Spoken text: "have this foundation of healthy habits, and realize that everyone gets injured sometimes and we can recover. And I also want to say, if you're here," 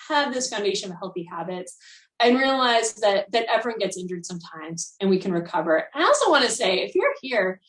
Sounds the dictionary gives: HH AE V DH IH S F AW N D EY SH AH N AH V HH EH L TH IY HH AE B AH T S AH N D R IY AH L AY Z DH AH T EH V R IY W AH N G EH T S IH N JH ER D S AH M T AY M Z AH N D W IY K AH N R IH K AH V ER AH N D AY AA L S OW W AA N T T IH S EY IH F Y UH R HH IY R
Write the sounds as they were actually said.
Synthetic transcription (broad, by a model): HH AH V DH IH S F AW N D EY SH AH N AH V HH EH L TH IY HH AE B AH T S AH N R IY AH L AY Z DH AH T EH V R IY W AH N G EH T S IH N JH ER D S AH M T AY M Z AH N W IY K AH N R IH K AH V ER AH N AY AA L S OW W AA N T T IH S EY IH F Y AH R HH IY R